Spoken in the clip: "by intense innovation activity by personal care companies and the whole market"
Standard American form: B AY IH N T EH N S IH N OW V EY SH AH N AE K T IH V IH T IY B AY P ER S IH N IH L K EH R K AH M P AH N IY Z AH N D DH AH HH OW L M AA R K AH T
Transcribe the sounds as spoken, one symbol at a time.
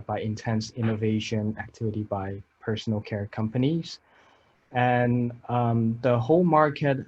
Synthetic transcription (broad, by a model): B AY IH N T EH N S IH N OW V EY SH AH N AE K T IH V IH T IY B AY P ER S N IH L K EH R K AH M P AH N IY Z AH N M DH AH HH OW L M AA R K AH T